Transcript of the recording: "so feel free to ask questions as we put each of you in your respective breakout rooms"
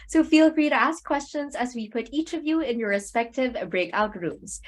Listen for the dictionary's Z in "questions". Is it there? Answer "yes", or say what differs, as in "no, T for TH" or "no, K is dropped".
yes